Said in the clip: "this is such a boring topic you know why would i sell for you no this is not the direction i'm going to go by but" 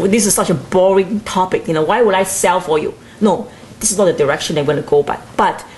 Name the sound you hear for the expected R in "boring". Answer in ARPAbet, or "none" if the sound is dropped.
R